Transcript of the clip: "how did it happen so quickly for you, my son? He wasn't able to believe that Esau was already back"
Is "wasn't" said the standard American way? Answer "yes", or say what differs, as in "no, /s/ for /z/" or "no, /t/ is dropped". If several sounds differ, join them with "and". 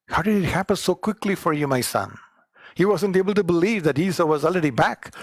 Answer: yes